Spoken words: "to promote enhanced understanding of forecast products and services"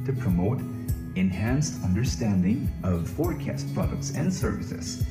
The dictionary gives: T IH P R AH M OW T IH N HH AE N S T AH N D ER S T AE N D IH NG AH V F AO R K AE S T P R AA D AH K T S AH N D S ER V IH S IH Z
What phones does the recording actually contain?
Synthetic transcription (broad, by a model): T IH P R AH M OW T IH N HH AE N S T AH N D ER S T AE N D IH NG AH V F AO R K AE S T P R AA D AH K T S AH N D S ER V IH S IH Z